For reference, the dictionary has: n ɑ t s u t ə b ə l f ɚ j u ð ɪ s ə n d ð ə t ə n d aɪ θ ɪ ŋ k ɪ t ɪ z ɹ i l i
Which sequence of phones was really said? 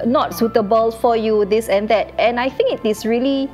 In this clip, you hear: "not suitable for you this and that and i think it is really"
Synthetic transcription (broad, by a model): n ɑ t s u t ə b ə l f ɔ j u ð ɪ s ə n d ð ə t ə n aɪ θ ɪ ŋ k ɪ t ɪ s ɹ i l i